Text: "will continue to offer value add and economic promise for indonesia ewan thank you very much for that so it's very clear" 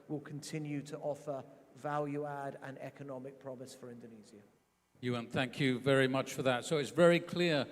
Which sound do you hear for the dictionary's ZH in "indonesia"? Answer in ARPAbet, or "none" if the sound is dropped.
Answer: Z